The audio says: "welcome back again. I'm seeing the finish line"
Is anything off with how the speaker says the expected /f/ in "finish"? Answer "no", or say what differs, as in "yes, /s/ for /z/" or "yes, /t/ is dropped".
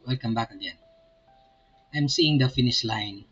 no